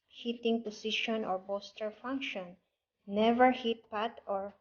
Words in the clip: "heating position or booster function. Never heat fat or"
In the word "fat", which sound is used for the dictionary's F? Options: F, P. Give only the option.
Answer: P